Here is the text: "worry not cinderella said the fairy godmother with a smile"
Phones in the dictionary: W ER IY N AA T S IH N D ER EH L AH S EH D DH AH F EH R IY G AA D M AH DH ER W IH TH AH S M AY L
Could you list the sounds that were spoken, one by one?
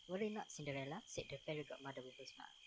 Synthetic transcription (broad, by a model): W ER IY N AA T S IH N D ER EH L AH S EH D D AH P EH R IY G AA M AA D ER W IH AH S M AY